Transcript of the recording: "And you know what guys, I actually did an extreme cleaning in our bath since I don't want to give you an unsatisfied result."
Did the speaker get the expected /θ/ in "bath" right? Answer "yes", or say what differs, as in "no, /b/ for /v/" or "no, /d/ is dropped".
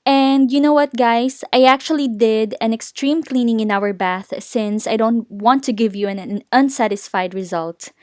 yes